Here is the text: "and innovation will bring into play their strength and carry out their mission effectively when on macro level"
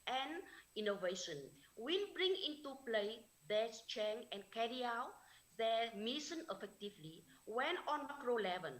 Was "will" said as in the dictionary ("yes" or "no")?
no